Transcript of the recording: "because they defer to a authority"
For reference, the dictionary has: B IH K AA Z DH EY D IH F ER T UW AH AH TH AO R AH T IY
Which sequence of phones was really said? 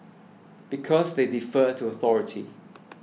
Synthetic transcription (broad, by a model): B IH K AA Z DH EY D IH F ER T UW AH AH TH AO R AH T IY